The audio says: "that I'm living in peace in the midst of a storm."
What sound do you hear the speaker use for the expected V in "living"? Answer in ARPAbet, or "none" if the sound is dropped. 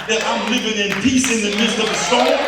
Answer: V